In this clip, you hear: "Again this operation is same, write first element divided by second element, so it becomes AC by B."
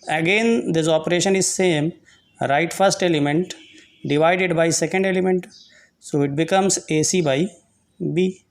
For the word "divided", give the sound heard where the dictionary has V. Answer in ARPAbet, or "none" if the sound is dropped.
V